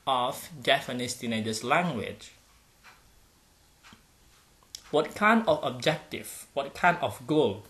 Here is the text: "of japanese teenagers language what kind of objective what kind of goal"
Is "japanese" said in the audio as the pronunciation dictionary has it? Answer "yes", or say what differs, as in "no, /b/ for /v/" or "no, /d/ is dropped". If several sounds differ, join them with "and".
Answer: no, /f/ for /p/